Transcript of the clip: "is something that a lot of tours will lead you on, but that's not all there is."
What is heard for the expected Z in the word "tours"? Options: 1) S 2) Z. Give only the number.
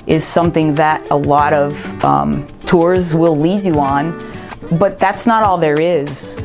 2